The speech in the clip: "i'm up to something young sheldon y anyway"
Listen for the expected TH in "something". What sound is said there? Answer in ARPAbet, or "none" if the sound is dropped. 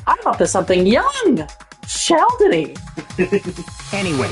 TH